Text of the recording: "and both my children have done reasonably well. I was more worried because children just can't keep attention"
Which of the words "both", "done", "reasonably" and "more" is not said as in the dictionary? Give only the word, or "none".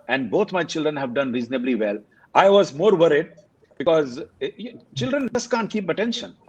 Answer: both